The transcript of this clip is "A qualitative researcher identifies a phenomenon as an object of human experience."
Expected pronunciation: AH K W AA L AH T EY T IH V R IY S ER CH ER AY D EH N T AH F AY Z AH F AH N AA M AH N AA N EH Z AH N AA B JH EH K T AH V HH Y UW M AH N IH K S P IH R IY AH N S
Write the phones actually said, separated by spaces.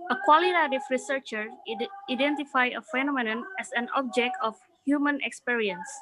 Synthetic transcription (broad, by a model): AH K W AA L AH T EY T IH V R IY S ER CH ER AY D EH N T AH F AY AH F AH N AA M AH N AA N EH S AH N AA B JH EH K T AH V HH Y UW M AH N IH K S P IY R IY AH N S